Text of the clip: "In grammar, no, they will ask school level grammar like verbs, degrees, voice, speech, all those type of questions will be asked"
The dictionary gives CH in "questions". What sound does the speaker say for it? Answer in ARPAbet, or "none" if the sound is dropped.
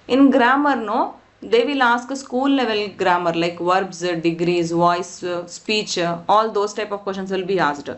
SH